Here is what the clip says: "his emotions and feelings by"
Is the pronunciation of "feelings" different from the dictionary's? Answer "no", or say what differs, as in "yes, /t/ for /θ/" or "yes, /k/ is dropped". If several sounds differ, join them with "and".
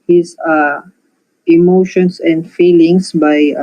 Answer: yes, /s/ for /z/